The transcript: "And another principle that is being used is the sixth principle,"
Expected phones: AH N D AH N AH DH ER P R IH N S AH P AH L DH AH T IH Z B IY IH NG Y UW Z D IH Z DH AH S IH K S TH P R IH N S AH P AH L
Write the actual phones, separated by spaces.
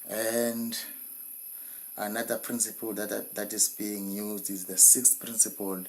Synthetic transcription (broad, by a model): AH N D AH N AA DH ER P R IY N S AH P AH L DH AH T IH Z B IY IH NG Y UW Z D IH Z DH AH S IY K S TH P R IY N S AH P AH L